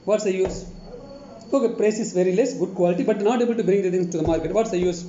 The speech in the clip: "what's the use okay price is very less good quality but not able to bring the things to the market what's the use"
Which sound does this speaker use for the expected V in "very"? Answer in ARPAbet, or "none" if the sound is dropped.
V